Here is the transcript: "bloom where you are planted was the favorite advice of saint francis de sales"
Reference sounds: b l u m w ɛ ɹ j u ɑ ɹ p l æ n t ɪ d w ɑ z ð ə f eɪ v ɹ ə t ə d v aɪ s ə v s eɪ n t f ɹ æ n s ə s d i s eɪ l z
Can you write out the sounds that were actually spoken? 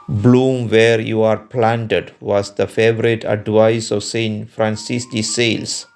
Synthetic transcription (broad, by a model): b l u m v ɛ ɹ j u ɑ ɹ p l æ n t ɪ d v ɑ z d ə f eɪ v ɹ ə t ə d v aɪ s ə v s eɪ n t f ɹ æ n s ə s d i s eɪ l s